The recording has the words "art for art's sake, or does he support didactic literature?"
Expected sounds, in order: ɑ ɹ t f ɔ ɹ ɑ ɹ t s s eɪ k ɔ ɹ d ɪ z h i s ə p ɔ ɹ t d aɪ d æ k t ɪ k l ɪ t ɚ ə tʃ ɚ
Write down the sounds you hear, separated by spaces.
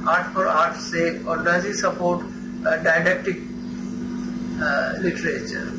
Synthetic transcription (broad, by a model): ɑ ɹ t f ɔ ɹ ɑ ɹ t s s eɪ ɔ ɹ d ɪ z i s ə p ɔ ɹ t d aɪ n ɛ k t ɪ k l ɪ t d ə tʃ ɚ